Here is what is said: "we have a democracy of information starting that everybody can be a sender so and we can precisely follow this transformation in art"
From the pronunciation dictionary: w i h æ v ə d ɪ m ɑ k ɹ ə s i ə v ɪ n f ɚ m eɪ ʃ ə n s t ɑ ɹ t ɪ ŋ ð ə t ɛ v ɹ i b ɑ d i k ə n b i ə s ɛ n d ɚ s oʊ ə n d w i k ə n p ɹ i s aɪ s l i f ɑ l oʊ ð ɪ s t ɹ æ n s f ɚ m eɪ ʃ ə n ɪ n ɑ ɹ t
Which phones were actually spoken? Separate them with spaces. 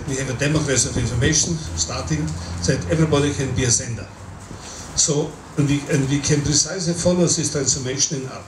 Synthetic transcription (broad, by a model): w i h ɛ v ə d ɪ m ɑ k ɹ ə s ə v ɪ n f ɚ m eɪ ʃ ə n s t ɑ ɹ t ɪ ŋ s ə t ɛ v ɹ i b ɑ d i k ə n b i ə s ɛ n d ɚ s oʊ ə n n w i k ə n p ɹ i s aɪ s i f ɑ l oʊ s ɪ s t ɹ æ n s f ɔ m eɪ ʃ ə n ɪ n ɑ